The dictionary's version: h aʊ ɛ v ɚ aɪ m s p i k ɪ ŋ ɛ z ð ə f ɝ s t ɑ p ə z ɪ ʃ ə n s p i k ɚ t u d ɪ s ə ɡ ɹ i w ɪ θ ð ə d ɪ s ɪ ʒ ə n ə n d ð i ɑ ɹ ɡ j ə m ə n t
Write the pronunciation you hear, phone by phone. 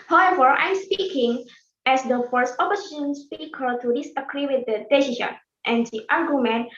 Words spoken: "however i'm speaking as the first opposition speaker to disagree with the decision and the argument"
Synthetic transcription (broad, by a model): h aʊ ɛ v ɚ aɪ m s p i k ɪ ŋ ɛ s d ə f ɝ s t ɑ p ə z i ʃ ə n s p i k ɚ t u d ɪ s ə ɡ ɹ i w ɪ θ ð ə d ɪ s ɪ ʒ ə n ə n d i ɑ ɹ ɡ j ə m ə n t